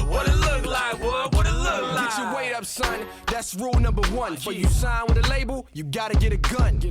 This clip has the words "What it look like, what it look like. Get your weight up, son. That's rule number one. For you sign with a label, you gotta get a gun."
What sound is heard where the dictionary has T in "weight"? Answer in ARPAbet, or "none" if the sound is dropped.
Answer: T